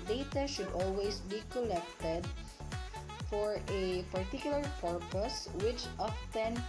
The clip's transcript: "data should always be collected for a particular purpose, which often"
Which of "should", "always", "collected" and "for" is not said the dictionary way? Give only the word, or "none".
always